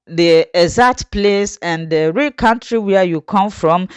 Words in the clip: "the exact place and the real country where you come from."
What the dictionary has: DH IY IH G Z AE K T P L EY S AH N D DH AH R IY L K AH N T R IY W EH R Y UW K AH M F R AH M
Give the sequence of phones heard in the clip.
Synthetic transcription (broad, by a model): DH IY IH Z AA T P L EY S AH N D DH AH R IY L K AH N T R IY W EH Y UW K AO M F R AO M